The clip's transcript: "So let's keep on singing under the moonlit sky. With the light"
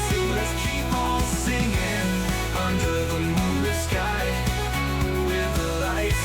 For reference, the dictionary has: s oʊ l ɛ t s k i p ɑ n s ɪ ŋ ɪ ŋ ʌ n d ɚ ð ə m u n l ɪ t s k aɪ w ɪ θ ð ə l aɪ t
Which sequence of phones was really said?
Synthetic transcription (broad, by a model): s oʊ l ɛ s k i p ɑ l s ɪ ŋ ɪ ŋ ʌ n d ɚ ð ə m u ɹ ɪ s k aɪ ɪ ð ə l aɪ